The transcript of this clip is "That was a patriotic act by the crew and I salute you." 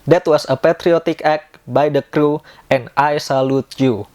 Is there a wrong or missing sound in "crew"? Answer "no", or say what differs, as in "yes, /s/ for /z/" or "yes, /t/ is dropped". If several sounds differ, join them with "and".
no